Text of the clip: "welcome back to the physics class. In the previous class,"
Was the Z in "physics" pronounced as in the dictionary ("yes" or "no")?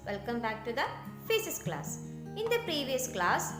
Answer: no